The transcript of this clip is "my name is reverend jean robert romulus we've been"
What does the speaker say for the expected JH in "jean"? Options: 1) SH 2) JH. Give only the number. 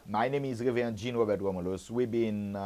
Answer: 2